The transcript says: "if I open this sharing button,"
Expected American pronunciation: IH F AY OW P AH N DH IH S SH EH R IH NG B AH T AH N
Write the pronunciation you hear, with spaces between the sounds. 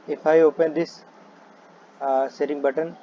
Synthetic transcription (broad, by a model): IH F AY OW P AH N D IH S S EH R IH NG B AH T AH N